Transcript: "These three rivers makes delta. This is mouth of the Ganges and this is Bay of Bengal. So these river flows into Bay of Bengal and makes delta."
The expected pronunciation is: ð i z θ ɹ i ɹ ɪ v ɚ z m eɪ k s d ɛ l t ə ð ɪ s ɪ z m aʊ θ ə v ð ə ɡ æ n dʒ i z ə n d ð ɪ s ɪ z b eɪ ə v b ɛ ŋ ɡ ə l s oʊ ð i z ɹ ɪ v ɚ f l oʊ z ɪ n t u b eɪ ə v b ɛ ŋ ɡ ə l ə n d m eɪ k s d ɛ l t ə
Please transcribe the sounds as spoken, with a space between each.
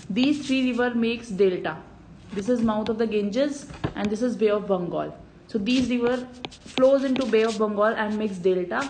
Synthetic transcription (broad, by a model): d i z t ɹ i ɹ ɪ v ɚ m eɪ k s d ɛ l t ə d ɪ s ɪ z m aʊ t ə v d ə ɡ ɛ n dʒ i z ə n d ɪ s ɪ z b eɪ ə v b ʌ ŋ ɡ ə l s oʊ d i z ɹ ɪ v ɚ f l oʊ z ɪ n t u b eɪ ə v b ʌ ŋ ɡ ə l ə n d m eɪ k s d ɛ l t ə